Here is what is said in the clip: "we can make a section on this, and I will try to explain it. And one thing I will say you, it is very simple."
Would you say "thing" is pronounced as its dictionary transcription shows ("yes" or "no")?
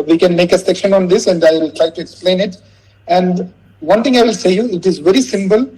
no